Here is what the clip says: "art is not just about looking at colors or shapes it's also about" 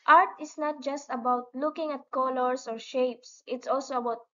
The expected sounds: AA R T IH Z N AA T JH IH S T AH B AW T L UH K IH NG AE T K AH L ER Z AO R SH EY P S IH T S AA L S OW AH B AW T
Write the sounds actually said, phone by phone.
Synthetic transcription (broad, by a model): AA R T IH S N AA T JH IH S T AH B AW T L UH K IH NG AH T K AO L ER S AO R SH EY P S IH T S AA L S OW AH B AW T